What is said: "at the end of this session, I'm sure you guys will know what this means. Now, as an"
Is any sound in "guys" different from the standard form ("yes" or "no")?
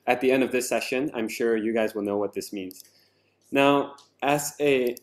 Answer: no